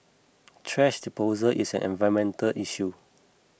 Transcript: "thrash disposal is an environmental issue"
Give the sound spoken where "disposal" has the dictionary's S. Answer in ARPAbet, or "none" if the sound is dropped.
none